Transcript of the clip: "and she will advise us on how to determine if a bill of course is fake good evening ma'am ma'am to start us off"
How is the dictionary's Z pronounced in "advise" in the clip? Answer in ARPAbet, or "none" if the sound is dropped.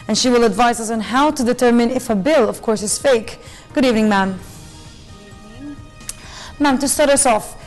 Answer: Z